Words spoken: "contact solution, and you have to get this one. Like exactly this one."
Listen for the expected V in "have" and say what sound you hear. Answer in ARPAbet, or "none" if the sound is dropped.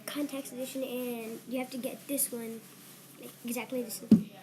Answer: F